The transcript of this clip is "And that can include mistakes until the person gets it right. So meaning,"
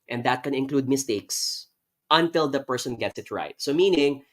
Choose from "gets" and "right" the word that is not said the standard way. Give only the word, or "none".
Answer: none